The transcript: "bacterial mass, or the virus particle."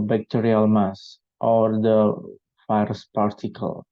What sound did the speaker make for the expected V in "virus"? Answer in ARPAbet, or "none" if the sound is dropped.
F